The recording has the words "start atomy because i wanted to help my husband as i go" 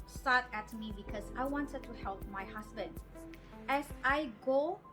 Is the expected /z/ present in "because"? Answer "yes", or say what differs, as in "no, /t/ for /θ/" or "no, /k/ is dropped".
no, /s/ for /z/